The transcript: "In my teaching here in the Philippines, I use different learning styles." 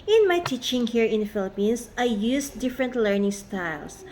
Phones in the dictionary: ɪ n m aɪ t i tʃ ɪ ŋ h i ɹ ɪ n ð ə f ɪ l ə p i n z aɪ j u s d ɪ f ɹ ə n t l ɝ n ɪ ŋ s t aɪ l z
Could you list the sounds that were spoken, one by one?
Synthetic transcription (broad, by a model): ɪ n m aɪ t i tʃ ɪ ŋ h i ɹ ɪ n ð f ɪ l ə p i n s aɪ j u s d ɪ f ɹ ə n t l ɝ n ɪ ŋ s t aɪ l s